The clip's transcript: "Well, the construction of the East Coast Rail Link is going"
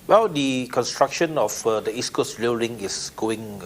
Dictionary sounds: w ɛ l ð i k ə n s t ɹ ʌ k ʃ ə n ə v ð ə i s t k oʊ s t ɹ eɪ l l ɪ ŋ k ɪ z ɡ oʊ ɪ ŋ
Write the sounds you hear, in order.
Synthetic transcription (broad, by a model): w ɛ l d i k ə n s t ɹ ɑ k ʃ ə n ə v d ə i s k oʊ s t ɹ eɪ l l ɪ ŋ ɪ s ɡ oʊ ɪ ŋ